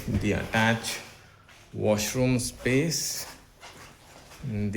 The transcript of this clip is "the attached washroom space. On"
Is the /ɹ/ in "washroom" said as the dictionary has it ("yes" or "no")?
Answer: yes